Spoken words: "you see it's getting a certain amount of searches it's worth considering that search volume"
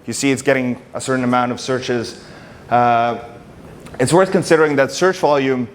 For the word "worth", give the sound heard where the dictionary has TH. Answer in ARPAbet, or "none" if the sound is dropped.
TH